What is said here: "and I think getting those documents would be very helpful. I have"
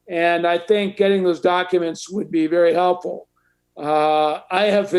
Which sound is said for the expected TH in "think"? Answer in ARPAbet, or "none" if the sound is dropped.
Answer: TH